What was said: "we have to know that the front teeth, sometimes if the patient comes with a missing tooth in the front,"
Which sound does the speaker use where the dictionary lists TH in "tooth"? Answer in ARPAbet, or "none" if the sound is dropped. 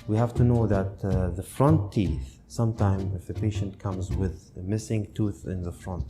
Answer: TH